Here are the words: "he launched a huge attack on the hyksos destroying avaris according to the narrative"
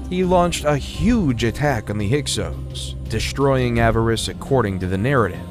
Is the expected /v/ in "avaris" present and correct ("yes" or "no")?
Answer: yes